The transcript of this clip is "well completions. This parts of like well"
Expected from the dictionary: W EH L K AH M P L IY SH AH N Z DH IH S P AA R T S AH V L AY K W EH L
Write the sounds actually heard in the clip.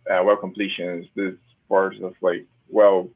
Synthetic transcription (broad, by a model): W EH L K AH M P L IY SH AH N Z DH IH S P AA R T AH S L AY K W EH L